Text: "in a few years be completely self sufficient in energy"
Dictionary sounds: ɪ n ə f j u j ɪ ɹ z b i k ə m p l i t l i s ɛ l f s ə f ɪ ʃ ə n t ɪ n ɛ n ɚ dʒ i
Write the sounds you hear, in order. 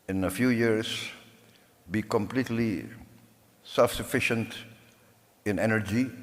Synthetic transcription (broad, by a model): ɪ n ə f j u j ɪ ɹ s b i k ə m p l i t l i s ɛ l f s ə f ɪ ʃ ə n t ɪ n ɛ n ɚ dʒ i